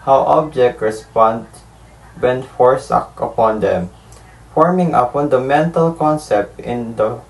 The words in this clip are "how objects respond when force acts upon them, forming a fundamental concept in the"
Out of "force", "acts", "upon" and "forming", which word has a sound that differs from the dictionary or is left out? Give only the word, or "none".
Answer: acts